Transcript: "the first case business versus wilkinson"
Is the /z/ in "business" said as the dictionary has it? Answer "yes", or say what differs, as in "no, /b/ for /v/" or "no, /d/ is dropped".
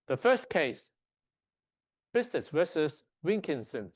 no, /s/ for /z/